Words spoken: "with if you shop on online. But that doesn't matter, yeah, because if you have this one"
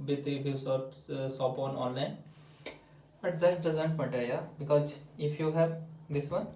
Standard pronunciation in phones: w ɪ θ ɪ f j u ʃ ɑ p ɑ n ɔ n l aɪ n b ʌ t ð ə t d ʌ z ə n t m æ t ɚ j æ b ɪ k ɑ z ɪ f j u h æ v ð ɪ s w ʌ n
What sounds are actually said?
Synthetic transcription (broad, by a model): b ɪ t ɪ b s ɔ s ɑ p ɑ n ɔ n l aɪ n b ʌ t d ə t d ʌ z ə n t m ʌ t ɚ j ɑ b ɪ k ɑ z ɪ f j u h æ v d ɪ s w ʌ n